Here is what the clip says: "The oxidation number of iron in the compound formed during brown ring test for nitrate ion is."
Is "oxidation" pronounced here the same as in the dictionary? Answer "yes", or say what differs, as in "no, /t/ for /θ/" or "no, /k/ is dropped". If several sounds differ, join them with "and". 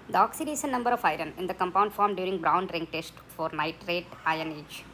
no, /s/ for /ʃ/